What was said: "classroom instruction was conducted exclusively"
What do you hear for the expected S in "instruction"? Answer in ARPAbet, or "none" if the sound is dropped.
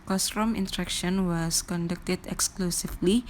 none